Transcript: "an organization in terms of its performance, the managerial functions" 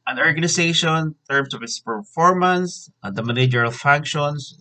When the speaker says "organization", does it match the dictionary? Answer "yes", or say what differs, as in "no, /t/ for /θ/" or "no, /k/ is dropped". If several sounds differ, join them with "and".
no, /ʃ/ is dropped